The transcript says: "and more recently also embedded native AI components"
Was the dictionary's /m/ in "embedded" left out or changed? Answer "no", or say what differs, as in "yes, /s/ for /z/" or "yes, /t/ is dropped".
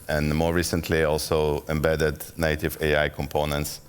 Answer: no